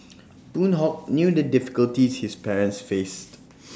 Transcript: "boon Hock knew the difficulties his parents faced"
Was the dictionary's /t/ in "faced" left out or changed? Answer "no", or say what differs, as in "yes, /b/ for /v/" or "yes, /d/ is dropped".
no